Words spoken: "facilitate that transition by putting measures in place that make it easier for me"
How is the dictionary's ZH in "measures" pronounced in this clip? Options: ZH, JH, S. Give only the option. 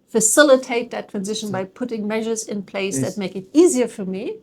ZH